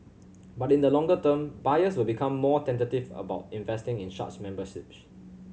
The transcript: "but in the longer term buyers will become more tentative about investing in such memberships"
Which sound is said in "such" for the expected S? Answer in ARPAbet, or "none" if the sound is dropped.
SH